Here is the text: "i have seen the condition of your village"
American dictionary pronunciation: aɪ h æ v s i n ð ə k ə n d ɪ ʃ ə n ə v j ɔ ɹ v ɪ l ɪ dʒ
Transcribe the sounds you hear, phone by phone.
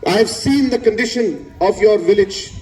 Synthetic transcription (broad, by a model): aɪ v s i n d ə k ə n d ɪ ʃ ə n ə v j ɔ ɹ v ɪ l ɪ dʒ